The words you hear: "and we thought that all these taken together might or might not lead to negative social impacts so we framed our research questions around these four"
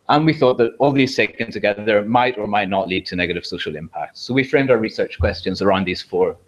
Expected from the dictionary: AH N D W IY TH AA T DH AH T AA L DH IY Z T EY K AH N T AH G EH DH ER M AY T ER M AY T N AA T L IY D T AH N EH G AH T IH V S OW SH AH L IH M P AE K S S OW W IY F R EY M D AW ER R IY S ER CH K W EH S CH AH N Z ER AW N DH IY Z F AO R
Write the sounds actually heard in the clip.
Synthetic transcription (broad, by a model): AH N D W IY TH AA T DH AH T AA L DH IY Z S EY K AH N T AH G EH DH ER M AY T ER M AY T N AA T L IY D T AH N EH G AH T IH V S OW SH AH L IH M P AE K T S OW W IY F R EY M D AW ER R IY S ER CH K W EH S CH AH N Z ER AW N DH IY Z F AO R